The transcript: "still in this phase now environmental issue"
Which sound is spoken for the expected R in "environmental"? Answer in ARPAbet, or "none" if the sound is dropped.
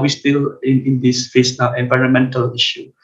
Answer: R